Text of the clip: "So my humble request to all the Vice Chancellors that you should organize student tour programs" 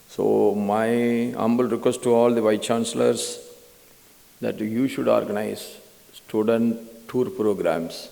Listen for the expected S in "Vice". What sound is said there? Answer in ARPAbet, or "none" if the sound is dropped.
none